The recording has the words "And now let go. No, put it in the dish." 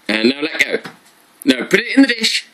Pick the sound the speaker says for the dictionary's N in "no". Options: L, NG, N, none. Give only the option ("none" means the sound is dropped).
N